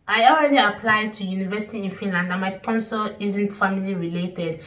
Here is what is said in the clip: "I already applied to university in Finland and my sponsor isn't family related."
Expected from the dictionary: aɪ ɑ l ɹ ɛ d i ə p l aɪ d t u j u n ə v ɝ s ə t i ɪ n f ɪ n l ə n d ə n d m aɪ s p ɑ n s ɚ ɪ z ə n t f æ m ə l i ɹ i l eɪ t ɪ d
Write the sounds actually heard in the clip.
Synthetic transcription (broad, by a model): aɪ ɑ l ɹ ɛ d i ə p l aɪ d t u j u n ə v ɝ s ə t i ɪ n f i n l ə n d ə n m aɪ s p ɑ n s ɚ ɪ z ə n t f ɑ m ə l i ɹ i l eɪ t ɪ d